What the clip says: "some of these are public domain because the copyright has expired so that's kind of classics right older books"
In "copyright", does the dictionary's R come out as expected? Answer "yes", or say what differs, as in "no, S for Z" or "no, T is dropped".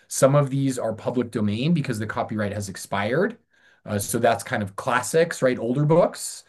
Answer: yes